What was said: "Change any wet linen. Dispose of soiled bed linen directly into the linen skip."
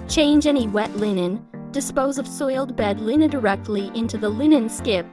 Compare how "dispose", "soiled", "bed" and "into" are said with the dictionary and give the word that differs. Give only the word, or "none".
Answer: none